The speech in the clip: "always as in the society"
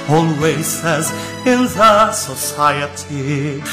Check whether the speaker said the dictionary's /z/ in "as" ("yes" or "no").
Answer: yes